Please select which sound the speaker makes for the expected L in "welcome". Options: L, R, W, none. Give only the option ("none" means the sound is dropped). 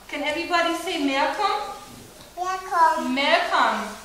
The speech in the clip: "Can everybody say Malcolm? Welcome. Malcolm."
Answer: none